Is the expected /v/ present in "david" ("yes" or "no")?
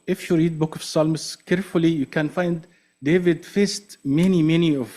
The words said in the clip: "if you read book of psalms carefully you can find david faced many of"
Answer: yes